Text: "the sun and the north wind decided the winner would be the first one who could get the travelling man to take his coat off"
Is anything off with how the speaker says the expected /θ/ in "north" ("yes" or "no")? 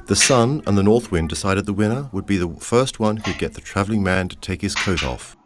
no